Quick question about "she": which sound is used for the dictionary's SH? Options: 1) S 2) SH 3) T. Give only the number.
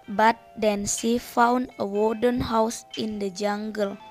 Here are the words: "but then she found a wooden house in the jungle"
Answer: 1